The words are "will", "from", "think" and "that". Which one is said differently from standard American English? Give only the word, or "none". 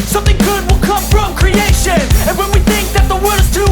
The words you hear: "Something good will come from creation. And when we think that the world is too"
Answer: none